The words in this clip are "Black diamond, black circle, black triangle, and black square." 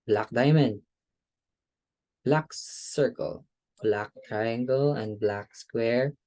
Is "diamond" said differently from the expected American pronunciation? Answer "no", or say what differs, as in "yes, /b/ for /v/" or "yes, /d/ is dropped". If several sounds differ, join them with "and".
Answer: no